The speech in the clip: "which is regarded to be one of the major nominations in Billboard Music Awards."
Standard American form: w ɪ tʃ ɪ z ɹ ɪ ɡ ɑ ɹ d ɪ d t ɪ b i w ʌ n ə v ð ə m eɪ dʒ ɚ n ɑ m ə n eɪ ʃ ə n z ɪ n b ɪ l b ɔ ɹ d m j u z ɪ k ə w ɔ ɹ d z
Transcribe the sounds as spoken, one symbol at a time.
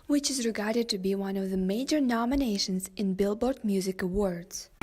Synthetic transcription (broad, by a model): w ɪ tʃ ɪ z ɹ ɪ ɡ ɑ ɹ d ɪ d t ɪ b i w ʌ n ə v ð ə m eɪ dʒ ɚ n ɑ m ə n eɪ ʃ ə n z ɪ n b ɪ l b ɔ ɹ d m j u z ɪ k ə w ɔ ɹ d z